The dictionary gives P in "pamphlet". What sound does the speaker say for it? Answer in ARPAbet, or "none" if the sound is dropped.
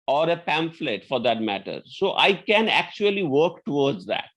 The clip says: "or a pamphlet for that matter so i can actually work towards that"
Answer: P